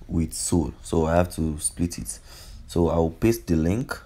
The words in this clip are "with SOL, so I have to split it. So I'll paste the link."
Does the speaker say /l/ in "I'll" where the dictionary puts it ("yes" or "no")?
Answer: no